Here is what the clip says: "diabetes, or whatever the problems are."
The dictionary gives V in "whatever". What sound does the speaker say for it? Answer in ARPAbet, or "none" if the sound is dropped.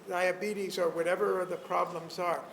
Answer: V